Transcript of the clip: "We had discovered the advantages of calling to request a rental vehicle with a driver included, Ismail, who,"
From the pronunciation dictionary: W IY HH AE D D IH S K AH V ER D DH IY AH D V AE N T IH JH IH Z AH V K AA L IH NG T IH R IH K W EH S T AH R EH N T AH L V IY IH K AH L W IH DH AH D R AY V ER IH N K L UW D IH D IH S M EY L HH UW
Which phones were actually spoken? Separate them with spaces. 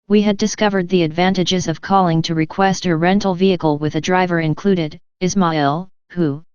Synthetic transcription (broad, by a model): W IY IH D D IH S K AH V ER D DH IY AH D V AE N T IH JH IH Z AH V K AA L IH NG T IH R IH K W EH S T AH R EH N T L V IY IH K L W IH DH AH D R AY V ER IH N K L UW D IH D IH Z M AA L HH UW